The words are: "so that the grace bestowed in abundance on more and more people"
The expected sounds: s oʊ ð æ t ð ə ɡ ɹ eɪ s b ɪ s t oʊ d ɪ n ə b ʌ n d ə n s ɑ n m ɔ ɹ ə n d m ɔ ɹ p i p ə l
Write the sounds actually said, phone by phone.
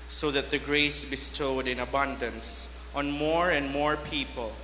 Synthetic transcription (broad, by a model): s oʊ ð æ t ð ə ɡ ɹ eɪ s b ɪ s t oʊ d ɪ n ə b ʌ n d ə n s ɑ n m ɔ ɹ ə n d m ɔ ɹ p i p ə l